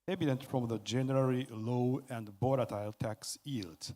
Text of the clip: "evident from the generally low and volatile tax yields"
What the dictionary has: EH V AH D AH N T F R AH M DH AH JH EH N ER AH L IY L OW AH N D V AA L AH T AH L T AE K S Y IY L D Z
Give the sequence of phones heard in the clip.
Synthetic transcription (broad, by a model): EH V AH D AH N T F R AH M DH AH JH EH N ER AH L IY L OW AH N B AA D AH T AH L T AE K S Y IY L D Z